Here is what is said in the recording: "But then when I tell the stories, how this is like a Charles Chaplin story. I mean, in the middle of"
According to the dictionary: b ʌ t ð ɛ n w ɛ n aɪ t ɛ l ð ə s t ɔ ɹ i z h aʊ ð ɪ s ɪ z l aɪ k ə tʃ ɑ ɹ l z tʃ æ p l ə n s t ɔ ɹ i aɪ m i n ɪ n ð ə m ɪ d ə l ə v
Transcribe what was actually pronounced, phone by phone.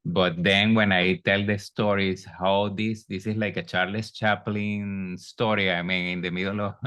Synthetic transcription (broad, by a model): b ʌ t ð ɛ n w ɛ n aɪ t ɛ l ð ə s t ɔ ɹ i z h aʊ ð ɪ s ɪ s l aɪ k ə tʃ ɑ ɹ l s tʃ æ p l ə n s t ɔ ɹ i aɪ m i n ɪ n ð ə m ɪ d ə l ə